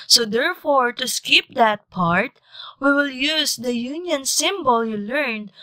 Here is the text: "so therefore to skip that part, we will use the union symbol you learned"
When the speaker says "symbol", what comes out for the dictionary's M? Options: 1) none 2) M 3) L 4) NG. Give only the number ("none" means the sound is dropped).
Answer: 2